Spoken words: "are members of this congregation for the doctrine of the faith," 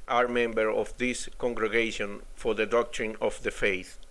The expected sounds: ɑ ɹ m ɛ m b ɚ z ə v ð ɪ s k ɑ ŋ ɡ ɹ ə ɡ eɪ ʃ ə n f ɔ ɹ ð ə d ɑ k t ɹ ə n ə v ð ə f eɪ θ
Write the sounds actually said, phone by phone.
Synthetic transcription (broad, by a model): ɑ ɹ m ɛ m b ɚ ə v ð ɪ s k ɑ ŋ ɡ ɹ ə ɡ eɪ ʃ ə n f ɔ ɹ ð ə d ɑ k t ɹ ə n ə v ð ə f eɪ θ